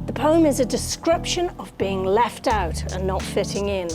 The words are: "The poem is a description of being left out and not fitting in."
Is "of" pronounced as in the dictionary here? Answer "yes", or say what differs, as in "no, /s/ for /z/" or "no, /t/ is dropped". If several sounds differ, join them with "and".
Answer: yes